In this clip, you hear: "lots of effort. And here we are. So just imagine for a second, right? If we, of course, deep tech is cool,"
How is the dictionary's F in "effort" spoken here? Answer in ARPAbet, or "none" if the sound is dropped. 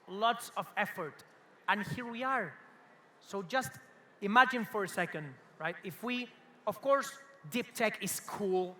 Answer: F